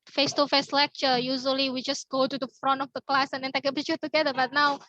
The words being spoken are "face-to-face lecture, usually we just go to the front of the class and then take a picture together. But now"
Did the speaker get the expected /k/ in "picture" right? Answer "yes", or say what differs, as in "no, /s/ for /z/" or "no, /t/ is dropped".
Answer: no, /k/ is dropped